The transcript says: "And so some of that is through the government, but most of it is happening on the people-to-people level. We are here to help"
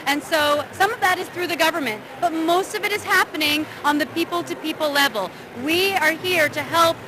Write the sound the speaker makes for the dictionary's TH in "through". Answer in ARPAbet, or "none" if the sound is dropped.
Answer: TH